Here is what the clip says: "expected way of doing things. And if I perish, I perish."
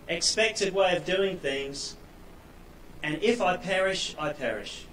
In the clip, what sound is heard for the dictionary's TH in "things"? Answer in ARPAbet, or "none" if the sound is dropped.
TH